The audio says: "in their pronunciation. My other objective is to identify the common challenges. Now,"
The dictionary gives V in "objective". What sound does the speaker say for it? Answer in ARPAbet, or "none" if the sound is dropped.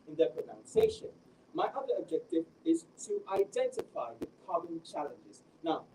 V